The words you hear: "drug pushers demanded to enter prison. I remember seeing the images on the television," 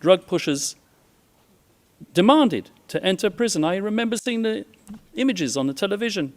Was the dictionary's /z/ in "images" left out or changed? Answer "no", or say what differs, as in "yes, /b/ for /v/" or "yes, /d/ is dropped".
no